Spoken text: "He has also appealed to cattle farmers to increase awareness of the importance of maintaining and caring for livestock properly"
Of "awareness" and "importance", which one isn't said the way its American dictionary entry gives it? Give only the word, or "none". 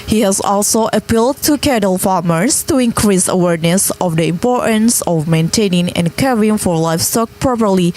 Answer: none